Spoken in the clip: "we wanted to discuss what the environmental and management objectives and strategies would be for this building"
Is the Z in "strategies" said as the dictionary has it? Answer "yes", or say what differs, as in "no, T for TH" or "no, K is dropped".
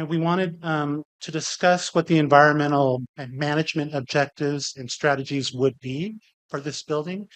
yes